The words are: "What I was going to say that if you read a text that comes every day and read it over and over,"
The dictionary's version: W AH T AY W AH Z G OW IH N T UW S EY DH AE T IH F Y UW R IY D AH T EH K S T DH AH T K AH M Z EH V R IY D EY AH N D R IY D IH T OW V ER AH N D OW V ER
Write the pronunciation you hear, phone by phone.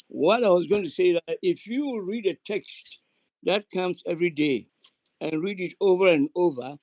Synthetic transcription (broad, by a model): W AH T AY W AH Z G OW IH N T UW S EY DH AE T IH F Y UW R IY D AH T EH K S T DH AH T K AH M S EH V R IY D EY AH N R IY D IH T OW V ER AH N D OW V ER